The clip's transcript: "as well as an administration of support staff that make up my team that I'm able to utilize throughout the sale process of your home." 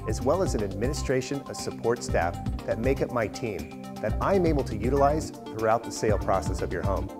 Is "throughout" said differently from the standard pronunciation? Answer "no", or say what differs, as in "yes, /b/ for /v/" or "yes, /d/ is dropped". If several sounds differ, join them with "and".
no